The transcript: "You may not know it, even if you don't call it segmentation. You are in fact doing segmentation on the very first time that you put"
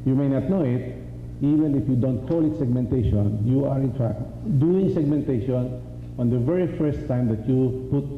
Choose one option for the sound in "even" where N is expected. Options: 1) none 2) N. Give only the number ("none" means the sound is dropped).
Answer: 2